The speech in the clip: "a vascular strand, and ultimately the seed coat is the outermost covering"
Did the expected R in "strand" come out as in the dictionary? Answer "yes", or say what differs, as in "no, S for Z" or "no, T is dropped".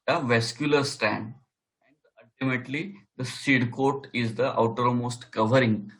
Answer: no, R is dropped